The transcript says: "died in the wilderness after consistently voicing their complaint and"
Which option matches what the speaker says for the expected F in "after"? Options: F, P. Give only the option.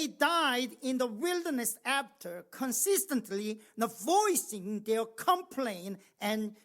P